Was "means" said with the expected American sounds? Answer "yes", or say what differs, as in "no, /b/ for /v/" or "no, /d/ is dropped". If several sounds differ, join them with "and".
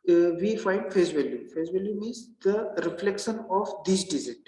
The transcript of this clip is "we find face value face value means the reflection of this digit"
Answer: no, /n/ is dropped